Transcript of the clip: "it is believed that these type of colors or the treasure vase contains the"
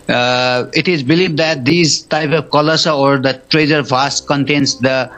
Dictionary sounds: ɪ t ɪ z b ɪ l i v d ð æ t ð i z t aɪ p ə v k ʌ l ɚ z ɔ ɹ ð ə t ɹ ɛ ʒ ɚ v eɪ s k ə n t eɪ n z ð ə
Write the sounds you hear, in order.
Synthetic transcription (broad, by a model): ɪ t ɪ z b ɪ l i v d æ t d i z t aɪ p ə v k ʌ l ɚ s ɔ ɹ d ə t ɹ ɛ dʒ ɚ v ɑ s k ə n t eɪ n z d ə